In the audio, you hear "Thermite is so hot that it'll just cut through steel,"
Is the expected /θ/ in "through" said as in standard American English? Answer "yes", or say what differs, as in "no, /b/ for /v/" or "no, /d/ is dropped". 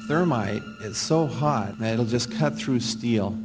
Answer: yes